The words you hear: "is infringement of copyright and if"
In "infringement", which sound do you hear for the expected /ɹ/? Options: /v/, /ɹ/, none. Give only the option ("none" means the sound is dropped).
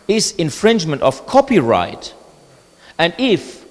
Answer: /ɹ/